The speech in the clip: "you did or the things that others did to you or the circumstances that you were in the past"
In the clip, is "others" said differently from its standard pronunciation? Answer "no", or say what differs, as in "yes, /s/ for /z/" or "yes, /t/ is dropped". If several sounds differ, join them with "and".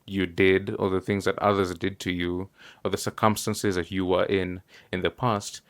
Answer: no